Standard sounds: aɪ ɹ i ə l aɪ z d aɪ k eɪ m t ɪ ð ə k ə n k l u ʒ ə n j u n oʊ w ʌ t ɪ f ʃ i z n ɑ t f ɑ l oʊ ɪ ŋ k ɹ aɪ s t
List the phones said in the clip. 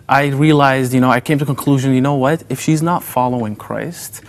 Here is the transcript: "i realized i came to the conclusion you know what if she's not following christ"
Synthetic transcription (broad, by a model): aɪ ɹ i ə l aɪ z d aɪ k eɪ m t ɪ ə k ə n k l u ʒ ə n j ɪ n oʊ w ʌ t ɪ f ʃ i z n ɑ t f ɑ l oʊ ɪ ŋ k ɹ aɪ s t